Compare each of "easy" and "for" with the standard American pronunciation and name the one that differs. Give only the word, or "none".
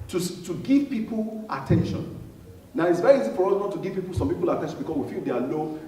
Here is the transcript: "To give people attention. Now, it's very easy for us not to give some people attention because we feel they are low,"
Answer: none